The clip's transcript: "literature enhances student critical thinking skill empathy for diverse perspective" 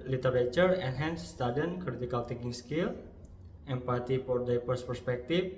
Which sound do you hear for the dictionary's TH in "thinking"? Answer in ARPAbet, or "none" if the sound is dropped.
T